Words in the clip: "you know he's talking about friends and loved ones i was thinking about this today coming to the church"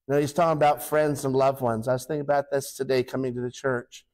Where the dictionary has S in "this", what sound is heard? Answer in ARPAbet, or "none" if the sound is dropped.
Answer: S